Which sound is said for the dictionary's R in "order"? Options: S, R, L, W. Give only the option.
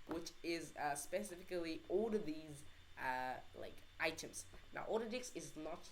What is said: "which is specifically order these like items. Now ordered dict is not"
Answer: L